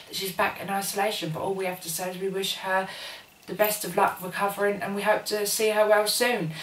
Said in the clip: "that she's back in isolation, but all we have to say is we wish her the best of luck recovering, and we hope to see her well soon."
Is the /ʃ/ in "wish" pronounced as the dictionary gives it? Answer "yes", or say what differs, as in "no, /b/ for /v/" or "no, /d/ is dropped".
yes